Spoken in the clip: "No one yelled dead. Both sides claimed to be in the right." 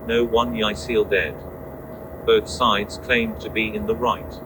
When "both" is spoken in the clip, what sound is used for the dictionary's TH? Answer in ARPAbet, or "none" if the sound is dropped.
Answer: TH